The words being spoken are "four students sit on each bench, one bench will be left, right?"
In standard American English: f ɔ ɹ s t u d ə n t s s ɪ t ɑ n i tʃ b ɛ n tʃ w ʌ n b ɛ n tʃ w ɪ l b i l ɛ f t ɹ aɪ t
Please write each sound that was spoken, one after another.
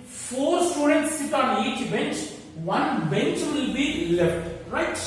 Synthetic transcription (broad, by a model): f ɔ ɹ s t u d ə n t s s ɪ t ɑ n i tʃ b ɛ n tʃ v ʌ n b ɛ n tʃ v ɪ l b i l ɛ f t ɹ aɪ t